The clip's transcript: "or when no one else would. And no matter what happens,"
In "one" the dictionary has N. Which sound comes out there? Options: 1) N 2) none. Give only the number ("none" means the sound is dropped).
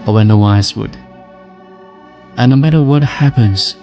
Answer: 2